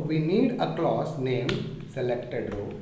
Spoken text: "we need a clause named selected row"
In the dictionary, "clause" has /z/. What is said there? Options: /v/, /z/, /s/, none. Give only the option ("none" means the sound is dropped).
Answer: /s/